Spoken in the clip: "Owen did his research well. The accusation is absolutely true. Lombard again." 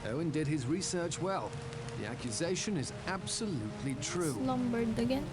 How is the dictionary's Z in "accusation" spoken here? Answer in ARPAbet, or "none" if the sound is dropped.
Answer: Z